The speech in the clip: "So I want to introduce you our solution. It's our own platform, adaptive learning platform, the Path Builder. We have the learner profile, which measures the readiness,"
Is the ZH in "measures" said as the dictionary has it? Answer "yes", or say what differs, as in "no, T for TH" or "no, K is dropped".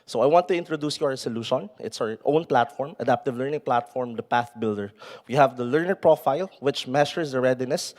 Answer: no, SH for ZH